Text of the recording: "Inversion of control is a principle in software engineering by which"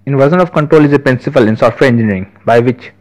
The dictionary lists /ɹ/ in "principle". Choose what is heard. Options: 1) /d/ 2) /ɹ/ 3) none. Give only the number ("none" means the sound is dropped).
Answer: 3